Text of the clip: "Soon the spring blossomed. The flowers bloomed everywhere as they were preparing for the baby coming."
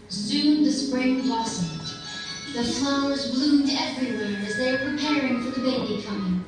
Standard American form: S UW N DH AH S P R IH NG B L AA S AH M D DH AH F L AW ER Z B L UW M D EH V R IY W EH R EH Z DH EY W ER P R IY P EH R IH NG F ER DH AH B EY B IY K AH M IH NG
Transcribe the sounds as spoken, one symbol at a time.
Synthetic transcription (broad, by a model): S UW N DH AH S P R IH NG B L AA S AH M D DH AH F L AW ER Z B L UW M D EH V R IY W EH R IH Z DH EY W ER P R IY P EH R IH NG F ER DH AH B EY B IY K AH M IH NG